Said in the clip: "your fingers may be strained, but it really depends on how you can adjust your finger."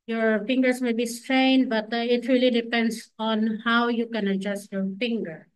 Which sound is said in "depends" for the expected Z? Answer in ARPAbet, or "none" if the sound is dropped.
S